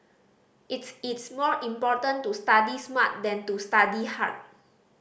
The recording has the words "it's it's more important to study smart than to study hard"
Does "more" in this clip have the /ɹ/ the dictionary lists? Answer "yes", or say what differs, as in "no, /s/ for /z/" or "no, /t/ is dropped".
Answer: yes